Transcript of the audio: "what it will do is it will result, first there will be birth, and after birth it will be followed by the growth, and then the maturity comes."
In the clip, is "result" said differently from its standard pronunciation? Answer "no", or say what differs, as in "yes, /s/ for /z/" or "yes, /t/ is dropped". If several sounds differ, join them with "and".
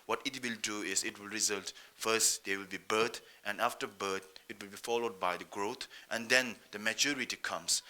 no